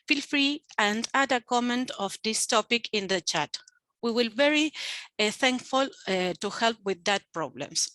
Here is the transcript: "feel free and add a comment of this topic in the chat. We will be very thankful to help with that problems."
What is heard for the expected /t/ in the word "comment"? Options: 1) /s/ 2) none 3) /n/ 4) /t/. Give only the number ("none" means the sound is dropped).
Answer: 4